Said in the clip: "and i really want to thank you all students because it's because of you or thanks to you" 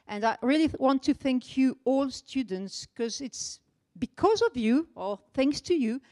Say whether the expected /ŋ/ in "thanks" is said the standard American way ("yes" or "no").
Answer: yes